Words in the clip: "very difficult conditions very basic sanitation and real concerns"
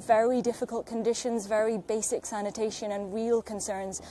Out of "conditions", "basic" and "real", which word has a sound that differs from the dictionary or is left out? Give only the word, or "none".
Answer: none